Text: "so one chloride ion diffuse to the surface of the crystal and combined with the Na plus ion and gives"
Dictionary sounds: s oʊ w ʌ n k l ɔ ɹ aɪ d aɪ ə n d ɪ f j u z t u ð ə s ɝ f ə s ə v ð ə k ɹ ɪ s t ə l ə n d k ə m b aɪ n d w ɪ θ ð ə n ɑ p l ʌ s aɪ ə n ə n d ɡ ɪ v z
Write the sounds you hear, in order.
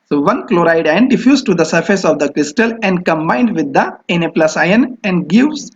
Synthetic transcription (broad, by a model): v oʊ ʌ n k l ɔ ɹ aɪ d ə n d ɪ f j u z t u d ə s ɝ f ə s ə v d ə k ɹ ɪ s t ə l ə n d k ə m b aɪ n d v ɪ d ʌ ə n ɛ p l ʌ s aɪ ə n ə n d ɡ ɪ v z